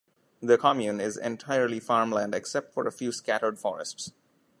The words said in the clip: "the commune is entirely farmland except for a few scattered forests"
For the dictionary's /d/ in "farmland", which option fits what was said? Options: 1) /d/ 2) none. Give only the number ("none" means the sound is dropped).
1